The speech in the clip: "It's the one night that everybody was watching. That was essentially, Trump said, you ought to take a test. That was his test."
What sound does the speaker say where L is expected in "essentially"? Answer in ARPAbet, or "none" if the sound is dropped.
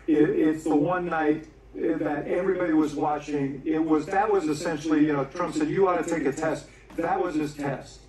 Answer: N